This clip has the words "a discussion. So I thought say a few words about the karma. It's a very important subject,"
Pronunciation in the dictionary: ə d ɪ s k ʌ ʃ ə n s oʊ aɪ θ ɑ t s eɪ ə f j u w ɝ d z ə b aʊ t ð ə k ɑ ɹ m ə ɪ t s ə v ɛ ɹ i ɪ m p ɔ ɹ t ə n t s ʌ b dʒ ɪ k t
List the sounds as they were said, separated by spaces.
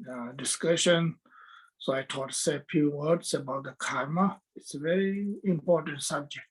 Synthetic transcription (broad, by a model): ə d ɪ s k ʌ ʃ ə n s oʊ aɪ t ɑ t s eɪ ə f j u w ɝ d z ə b aʊ t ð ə k ɑ ɹ m ə ɪ t s ə v ɛ ɹ i ɪ m p ɔ ɹ t ə n t s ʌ b dʒ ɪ k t